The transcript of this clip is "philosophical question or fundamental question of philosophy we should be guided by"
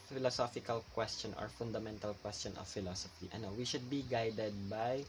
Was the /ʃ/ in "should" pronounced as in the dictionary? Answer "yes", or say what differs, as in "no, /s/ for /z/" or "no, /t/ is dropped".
yes